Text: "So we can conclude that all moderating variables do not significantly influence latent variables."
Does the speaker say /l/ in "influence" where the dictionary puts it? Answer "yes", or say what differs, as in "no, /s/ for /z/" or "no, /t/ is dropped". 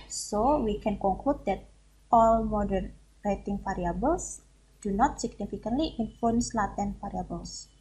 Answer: no, /l/ is dropped